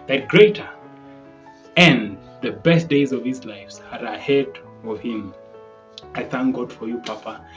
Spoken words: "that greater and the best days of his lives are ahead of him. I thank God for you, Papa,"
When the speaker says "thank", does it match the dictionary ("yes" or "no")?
yes